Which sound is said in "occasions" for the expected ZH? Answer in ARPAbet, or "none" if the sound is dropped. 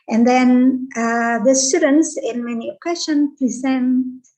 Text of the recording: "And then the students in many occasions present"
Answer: SH